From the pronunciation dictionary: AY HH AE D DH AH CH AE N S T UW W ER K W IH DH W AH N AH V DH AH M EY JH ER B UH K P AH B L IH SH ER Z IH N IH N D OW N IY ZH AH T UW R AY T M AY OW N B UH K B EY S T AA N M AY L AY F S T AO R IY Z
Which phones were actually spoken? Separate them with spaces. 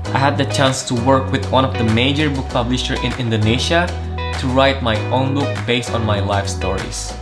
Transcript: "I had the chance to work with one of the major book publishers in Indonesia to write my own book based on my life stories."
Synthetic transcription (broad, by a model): AY HH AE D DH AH CH AE N S T UW W ER K W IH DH W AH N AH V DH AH M EY JH ER B UH K P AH B L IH SH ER IH N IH N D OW N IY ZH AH T UW R AY T M AY OW N B UH K B EY S T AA N M AY L AY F S T AO R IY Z